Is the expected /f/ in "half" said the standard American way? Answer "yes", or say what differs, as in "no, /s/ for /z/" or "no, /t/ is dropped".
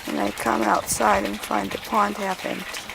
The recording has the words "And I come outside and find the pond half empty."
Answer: no, /p/ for /f/